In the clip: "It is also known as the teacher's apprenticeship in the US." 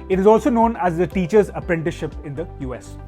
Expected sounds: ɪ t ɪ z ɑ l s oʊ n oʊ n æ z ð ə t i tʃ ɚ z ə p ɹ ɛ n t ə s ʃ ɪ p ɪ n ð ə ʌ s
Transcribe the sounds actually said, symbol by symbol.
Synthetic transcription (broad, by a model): ɪ t ɪ z ɑ l s oʊ n oʊ n æ z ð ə t i tʃ ɚ z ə p ɹ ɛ n t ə ʃ ɪ p ɪ n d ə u s